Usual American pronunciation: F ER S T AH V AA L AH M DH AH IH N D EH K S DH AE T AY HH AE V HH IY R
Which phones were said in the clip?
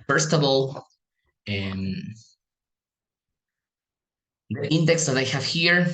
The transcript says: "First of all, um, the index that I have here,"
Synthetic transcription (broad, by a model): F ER S T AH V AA L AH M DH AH IH N D EH K S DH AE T AY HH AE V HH IY R